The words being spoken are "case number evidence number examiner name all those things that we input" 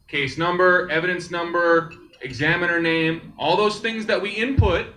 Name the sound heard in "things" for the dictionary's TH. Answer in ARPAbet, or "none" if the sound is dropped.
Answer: TH